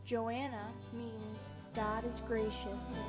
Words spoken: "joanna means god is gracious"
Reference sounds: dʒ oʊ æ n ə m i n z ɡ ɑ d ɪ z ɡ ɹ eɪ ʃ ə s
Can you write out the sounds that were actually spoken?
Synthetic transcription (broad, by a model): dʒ oʊ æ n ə m i n z ɡ ɑ d ɪ z ɡ ɹ eɪ ʃ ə s